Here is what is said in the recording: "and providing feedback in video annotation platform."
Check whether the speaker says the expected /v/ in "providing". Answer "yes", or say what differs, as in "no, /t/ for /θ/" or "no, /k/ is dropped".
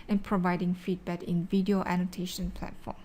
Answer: yes